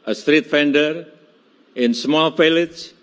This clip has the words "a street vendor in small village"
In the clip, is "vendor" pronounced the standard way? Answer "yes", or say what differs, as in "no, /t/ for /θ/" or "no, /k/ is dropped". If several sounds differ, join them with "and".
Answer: no, /f/ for /v/